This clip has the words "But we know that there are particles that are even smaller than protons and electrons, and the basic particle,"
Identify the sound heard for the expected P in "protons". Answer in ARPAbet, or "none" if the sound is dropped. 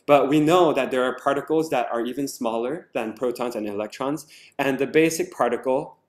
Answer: P